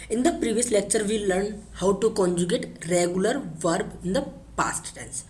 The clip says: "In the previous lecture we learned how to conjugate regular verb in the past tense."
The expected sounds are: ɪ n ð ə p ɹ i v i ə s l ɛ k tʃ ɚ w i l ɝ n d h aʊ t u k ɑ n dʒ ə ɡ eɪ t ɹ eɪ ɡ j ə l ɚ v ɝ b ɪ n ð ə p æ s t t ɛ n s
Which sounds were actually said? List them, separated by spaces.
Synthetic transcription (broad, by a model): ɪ n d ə p ɹ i v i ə s l ɛ k tʃ ɚ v i l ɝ n h aʊ t u k ɑ n dʒ ə ɡ eɪ t ɹ eɪ ɡ j ə l ɚ v ɝ b ɪ n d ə p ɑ s t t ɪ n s